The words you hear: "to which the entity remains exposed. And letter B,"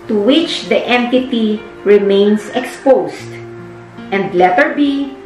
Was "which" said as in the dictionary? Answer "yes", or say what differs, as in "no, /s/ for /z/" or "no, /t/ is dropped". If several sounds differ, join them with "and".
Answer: yes